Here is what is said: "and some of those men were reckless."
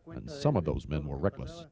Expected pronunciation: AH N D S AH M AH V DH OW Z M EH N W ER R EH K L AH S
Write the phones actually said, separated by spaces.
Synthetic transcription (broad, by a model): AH N S AH M AH V DH OW Z M EH N W ER R EH K L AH S